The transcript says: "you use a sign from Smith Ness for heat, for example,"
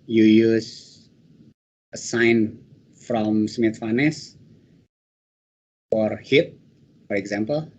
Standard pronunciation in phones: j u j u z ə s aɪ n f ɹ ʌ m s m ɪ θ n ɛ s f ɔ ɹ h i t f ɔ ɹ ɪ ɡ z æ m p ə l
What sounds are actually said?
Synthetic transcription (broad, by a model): j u j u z ə s aɪ n f ɹ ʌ m s m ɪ f n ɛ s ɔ ɹ h i t f ɔ ɹ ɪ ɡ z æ m p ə l